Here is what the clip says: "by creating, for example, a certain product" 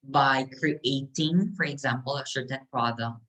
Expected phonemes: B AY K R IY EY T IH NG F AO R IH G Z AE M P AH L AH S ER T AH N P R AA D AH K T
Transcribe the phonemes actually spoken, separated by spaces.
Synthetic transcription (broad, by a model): B AY K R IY EY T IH NG F AO R IH G Z AE M P AH L AH SH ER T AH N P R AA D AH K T